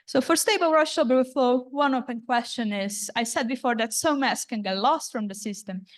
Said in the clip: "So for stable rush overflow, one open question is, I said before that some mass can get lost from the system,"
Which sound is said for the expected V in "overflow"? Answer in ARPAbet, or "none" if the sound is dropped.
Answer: B